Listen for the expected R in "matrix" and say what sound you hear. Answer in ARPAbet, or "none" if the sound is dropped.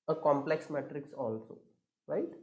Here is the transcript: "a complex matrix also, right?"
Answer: R